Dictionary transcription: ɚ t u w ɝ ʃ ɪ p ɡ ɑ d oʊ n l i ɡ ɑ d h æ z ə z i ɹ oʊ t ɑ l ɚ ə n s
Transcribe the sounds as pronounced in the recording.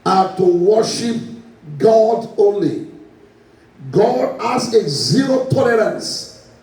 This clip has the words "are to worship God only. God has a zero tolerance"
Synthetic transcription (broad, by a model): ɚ t u w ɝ ʃ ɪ p ɡ ɑ d oʊ n l i ɡ ɑ d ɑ s ə z i ɹ oʊ t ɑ l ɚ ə n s